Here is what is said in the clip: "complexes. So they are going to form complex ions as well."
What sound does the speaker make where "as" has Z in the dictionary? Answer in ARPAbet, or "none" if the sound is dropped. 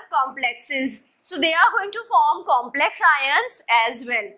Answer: Z